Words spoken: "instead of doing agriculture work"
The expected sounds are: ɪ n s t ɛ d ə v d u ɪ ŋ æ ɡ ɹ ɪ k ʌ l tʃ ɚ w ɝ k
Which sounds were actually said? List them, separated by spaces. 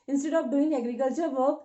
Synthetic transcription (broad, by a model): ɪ n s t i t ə p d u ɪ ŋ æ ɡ ɹ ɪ k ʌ l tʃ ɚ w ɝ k